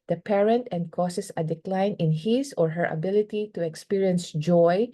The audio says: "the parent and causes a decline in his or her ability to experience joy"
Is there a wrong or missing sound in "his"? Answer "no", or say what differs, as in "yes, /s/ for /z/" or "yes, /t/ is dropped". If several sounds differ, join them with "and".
yes, /s/ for /z/